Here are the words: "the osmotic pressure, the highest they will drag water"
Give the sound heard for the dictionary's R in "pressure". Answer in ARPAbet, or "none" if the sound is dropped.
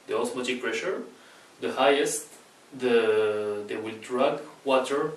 R